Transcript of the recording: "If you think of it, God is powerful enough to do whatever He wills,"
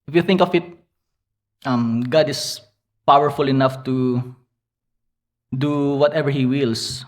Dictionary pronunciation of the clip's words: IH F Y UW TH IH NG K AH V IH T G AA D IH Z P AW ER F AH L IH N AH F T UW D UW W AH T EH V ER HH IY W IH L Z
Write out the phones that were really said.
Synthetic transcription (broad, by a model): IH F Y UW TH IH NG K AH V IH T G AA D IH S P AW ER F AH L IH N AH F T UW D UW W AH T EH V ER HH IY W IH L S